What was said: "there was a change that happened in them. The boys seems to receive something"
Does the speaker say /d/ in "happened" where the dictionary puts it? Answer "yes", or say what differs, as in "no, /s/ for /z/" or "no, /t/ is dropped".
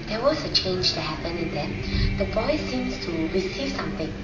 no, /d/ is dropped